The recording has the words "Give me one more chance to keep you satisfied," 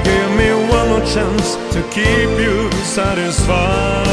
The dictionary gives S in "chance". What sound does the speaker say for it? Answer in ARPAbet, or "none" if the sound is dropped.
S